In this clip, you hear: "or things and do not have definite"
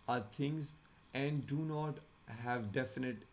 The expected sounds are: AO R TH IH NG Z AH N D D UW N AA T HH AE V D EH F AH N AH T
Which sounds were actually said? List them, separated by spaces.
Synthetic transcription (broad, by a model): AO R T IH NG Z AH N D D UW N AA T HH AE V D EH F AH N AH T